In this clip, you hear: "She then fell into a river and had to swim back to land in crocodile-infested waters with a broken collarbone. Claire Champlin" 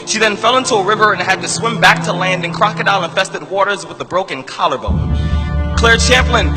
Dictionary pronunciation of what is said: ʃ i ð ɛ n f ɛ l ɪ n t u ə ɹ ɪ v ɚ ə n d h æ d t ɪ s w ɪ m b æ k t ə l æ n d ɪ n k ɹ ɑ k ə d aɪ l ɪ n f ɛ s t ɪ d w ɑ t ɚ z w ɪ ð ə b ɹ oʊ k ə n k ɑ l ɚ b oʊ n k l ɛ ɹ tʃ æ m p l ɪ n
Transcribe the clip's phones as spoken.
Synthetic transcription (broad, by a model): ʃ i ð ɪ n f ɛ l ɪ n t u ə ɹ ɪ v ɚ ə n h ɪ d t ɪ s w ɪ m b æ k t ə l æ n d ɪ n k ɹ ɑ k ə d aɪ n ɪ n f ɛ s t ɪ d w ɑ t ɚ z w ɪ ð ə b ɹ oʊ k ə n k ɑ l ɚ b oʊ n k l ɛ ɹ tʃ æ m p l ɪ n